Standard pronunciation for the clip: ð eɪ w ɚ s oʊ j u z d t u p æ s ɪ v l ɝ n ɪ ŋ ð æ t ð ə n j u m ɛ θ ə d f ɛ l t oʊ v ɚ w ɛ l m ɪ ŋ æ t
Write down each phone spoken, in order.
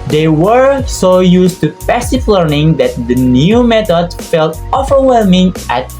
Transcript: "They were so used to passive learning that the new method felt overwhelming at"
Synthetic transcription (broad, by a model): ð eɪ w ɚ s oʊ j u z t u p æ s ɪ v l ɝ n ɪ ŋ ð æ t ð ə n j u m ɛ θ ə d f ɛ l t oʊ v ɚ w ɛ l m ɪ ŋ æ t